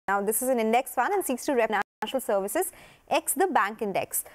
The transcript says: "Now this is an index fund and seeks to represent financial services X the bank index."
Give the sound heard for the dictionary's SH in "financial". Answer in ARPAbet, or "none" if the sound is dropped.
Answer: none